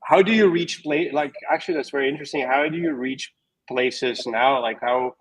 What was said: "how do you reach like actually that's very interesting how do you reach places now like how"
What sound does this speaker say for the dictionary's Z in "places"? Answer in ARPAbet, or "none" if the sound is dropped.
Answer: Z